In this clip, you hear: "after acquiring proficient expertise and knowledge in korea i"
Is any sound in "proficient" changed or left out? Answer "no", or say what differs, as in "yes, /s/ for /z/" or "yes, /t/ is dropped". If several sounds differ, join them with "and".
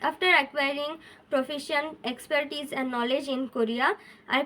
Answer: yes, /t/ is dropped